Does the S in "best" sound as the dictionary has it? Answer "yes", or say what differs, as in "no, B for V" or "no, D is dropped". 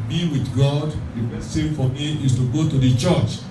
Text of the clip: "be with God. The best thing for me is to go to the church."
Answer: no, S is dropped